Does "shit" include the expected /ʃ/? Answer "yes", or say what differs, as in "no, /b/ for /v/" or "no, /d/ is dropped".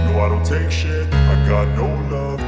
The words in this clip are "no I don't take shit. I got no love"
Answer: yes